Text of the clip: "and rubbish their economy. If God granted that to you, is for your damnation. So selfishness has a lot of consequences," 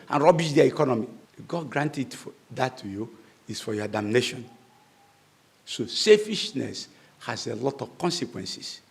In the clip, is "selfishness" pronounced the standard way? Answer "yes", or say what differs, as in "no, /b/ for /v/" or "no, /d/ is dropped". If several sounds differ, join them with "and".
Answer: no, /l/ is dropped